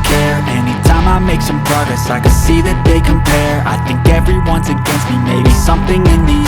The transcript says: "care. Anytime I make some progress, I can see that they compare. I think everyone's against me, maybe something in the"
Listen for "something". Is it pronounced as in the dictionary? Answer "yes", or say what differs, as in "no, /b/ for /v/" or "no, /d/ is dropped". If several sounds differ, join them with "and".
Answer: yes